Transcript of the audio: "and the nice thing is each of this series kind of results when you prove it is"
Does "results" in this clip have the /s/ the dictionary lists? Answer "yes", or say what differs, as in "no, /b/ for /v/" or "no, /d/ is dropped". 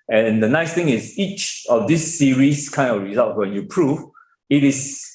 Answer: no, /s/ is dropped